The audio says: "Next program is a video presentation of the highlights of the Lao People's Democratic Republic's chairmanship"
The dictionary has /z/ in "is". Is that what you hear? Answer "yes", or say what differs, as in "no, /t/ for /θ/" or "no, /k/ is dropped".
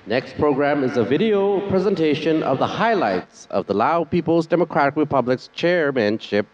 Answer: yes